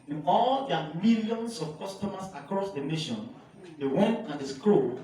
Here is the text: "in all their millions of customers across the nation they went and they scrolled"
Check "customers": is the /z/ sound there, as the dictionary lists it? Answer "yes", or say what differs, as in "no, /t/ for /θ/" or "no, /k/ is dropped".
no, /s/ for /z/